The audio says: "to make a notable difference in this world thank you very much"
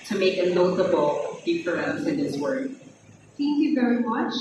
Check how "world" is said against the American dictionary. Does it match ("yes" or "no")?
no